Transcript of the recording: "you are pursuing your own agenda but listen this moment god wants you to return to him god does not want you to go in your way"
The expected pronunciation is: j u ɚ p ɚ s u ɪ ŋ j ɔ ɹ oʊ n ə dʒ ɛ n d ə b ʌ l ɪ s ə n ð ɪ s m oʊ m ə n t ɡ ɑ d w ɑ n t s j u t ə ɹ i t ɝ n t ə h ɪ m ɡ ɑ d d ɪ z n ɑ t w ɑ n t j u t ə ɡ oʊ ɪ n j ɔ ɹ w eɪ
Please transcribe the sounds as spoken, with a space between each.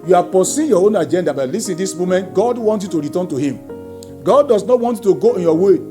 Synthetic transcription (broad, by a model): j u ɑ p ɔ s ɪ j ɔ oʊ n ə dʒ ɛ n d ə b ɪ l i s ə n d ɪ s m oʊ m ə n t ɡ ɑ d w ɑ n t j u t ə ɹ i t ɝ n t ə h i m ɡ ɑ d d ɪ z n ɑ t w ɑ n t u t ə ɡ oʊ ɪ n j ɔ w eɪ